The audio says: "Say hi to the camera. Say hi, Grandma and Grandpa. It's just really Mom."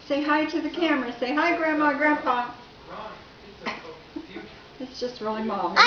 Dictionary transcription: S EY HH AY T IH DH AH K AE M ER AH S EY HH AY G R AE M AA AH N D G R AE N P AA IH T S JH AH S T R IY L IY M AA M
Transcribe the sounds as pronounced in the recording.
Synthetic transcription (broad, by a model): S EY HH AY T IH DH AH K AE M ER AH S EY HH AY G R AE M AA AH G R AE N F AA IH T S JH AH S T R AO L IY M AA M